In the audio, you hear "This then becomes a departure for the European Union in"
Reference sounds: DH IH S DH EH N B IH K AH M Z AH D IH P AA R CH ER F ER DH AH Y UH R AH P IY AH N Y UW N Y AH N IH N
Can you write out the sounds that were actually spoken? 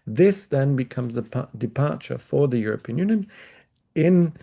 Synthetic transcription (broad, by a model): DH IH S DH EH N B IH K AH M Z AH D IH P AA R CH ER F ER DH AH Y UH R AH P IY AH N Y UW N Y AH N IH N